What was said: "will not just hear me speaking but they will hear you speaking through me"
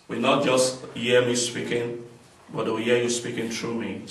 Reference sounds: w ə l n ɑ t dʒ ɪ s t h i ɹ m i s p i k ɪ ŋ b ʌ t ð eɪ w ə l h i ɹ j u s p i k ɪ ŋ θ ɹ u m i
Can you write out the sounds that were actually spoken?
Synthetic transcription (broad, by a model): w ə n ɑ t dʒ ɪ s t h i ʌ m i s p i k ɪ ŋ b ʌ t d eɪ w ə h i j u s p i k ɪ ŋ t ɹ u m i